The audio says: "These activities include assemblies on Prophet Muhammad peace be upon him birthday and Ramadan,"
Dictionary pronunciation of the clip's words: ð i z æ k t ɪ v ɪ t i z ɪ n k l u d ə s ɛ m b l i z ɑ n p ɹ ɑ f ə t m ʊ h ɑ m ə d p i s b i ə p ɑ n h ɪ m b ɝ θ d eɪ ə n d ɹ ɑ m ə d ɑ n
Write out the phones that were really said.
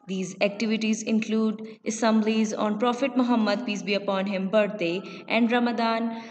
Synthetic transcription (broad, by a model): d i z æ k t ɪ v ɪ t i z ɪ n k l u d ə s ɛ m b l i z ɑ n p ɹ ɑ f ə t m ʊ h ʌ m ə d p i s b i ə p ɑ n h ɪ m b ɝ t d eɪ ə n d ɹ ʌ m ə d ɑ n